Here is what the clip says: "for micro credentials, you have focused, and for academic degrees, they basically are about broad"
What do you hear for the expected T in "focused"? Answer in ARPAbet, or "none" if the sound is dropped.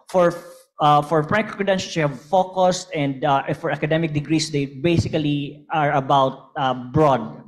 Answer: T